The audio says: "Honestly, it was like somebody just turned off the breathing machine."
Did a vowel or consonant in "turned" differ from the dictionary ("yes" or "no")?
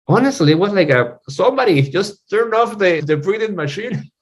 yes